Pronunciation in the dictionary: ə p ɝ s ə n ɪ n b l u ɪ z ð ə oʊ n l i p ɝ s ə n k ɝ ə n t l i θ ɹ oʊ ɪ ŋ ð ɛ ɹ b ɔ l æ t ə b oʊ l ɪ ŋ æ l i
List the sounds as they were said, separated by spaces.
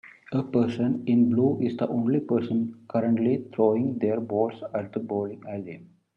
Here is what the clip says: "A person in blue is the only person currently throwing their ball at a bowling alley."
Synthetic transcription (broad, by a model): ə p ɝ s ə n ɪ n b l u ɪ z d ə oʊ n l i p ɝ s ə n k ɝ ə n t l i t ɹ oʊ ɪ ŋ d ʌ ɹ b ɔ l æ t ə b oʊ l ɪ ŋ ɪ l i